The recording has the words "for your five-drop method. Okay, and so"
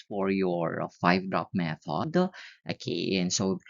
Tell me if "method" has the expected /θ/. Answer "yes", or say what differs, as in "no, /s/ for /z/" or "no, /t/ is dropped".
no, /f/ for /θ/